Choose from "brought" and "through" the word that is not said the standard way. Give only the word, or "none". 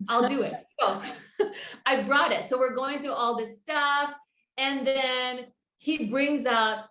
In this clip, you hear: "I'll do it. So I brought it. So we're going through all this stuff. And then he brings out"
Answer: none